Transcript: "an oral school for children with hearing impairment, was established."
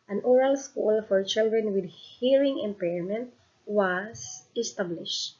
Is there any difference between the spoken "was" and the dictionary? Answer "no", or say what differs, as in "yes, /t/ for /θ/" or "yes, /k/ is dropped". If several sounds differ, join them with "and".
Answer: yes, /s/ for /z/